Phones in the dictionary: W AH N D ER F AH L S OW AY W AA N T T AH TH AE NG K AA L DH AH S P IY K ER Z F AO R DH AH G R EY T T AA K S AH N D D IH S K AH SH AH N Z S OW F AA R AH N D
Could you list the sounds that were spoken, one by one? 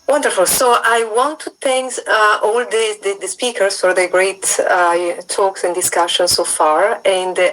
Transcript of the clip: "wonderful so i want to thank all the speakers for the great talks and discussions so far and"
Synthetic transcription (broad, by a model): W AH N D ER F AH L S OW AY W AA N T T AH S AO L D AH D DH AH S P IY K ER S F AO R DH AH G R EY T T AA K S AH N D D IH S K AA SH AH N S OW F AA R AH N D